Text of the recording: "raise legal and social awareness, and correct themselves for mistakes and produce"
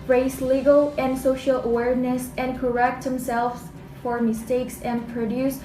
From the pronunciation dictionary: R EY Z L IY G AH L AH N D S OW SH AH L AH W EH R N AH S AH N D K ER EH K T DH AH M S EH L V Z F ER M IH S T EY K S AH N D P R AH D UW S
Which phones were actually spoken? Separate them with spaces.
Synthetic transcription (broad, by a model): R EY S L IY G AH L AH N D S OW SH AH L AH W EH R N AH S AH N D K ER EH K T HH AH M S EH L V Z F ER M IH S T EY K S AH N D P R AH D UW S